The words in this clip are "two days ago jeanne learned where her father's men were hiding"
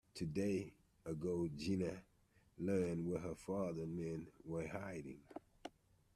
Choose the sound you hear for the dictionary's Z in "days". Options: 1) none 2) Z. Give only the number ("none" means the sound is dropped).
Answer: 1